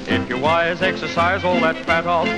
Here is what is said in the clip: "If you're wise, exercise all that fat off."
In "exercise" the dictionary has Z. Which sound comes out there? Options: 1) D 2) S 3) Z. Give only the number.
3